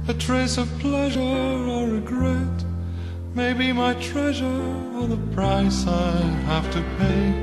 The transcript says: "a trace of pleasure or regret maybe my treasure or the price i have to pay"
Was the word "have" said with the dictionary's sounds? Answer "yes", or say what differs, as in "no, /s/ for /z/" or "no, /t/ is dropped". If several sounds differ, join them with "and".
no, /f/ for /v/